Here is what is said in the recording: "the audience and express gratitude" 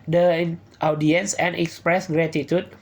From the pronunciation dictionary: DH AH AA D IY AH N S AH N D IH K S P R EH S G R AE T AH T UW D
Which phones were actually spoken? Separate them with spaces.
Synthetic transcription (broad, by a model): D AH AA D IY AH N S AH N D IH K S P R EH S G R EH T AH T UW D